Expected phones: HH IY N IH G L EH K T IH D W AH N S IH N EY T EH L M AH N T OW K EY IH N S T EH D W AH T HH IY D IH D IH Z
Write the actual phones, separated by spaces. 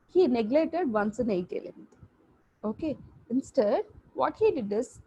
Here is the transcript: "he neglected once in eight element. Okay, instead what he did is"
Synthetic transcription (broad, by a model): HH IY N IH G L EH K T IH D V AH N S IH N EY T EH L AH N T OW K EY IH N S T EH D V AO T HH IY D IH D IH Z